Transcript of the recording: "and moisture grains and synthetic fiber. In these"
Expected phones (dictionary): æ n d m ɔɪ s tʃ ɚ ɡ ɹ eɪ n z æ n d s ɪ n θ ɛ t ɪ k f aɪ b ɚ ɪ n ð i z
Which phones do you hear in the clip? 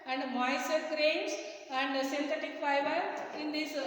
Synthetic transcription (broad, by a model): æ n d m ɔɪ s ɚ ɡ ɹ eɪ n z æ n d s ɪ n t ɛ t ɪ k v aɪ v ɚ ɪ n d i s